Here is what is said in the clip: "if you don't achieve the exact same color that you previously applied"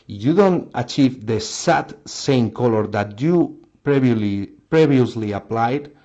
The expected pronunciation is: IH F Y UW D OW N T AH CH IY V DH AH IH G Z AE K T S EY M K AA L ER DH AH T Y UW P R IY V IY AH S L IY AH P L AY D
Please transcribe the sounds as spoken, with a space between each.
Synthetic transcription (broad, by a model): Y UW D OW N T AH CH IY V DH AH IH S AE T S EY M K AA L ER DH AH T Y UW P R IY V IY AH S L IY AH P L AY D